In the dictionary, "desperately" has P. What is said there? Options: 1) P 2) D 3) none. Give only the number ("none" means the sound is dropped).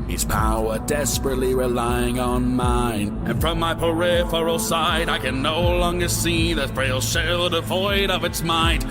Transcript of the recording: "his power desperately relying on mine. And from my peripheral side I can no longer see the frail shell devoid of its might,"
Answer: 1